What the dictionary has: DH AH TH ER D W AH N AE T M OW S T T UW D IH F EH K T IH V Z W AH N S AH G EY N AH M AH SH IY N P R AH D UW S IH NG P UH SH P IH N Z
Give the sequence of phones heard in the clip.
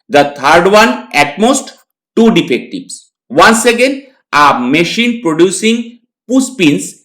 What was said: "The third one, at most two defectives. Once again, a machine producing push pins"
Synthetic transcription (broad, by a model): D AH T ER D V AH N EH T M OW S T T UW D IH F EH K T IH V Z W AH N S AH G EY N AH M AH SH IY N P R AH D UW S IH NG P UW S P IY N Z